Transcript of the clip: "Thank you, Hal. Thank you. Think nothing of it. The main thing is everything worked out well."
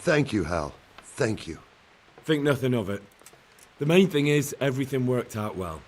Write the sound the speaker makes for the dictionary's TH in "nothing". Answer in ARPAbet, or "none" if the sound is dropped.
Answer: TH